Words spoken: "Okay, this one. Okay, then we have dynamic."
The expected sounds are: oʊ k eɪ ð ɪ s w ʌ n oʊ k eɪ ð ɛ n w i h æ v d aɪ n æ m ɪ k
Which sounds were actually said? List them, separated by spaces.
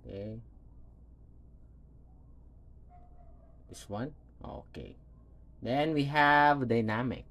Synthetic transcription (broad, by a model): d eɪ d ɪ s w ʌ n oʊ k eɪ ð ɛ n w i h æ v d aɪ n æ m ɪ k